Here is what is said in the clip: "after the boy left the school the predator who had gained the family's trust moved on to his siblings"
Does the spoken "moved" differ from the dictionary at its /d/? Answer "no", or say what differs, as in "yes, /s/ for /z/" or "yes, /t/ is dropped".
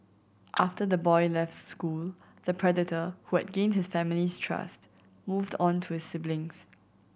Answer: no